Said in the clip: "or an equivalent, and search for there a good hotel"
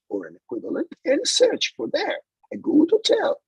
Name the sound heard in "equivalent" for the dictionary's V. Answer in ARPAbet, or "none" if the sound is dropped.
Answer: V